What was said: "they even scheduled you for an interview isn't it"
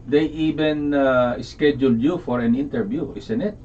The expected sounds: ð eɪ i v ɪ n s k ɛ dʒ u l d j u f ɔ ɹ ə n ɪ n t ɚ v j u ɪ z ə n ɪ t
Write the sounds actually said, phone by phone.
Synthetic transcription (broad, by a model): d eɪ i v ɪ n s k ɛ dʒ u l d j u f ɔ ɹ ə n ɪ n t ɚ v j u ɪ s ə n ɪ t